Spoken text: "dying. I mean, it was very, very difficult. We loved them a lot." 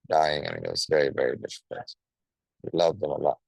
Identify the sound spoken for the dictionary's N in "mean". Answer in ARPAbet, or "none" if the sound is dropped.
none